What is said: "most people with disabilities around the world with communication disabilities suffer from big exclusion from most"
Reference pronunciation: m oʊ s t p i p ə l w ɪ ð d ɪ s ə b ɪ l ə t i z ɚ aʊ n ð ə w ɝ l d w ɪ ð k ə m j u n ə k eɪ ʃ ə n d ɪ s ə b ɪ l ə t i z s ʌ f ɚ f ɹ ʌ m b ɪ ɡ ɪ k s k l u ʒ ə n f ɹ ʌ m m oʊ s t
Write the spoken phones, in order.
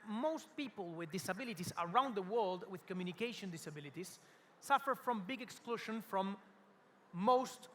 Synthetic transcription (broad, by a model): m oʊ s t p i p ə l w ɪ ð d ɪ s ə b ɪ l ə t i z ɚ aʊ n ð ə w ɝ l d w ɪ ð k ə m j u n ə k eɪ ʃ ə n d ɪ s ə b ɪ l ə t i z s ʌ f ɚ f ɹ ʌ m b ɪ ɡ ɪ k s k l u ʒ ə n f ɹ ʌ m m oʊ s t